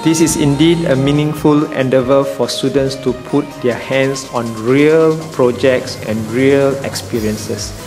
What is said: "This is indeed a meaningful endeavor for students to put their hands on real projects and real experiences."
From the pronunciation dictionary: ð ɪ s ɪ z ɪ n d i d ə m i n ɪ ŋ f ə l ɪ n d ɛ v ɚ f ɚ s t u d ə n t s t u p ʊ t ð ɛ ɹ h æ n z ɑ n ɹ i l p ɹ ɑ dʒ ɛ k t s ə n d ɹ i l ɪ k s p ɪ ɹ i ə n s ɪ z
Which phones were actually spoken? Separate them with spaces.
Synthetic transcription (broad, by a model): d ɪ s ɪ s ɪ n d i d ə m i n ɪ ŋ f ə l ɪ n d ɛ v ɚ f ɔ s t u d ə n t s t u p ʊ t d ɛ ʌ h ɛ n s ɑ n ɹ i l p ɹ ɑ dʒ ɛ k t s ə n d ɹ i l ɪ k s p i ɹ i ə n s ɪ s